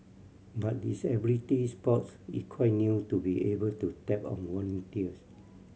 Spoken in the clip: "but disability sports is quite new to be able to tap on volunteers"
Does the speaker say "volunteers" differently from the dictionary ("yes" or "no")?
yes